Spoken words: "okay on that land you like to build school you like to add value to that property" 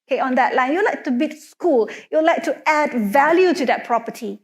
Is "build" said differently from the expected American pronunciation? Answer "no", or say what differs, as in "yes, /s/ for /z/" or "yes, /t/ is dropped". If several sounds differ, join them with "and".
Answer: yes, /l/ is dropped